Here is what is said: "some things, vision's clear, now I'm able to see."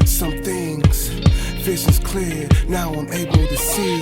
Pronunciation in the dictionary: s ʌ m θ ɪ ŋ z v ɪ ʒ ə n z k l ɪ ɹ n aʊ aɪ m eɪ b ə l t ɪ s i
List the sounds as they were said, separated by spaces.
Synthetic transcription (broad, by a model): s ʌ m θ ɪ ŋ z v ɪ ʃ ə z k l ɪ ɹ n aʊ aɪ m eɪ b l t ɪ s i